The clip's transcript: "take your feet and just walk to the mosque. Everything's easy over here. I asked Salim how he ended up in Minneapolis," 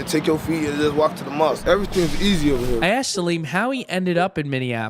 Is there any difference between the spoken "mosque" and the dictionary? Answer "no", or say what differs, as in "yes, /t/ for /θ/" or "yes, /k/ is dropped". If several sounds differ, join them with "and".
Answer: yes, /k/ is dropped